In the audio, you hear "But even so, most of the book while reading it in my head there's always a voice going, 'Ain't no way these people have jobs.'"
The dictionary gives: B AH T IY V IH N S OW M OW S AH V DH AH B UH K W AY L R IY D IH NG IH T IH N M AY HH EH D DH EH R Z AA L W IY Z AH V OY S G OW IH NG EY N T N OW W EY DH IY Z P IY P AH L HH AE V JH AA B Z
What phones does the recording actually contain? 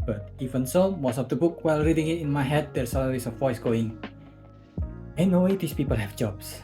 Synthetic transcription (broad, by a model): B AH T IY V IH N S OW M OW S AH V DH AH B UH K W AY L R IY D IH NG IH T IH N M AY HH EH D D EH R S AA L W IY S AH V OY S G OW IH NG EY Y N OW W EY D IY S P IY P AH L HH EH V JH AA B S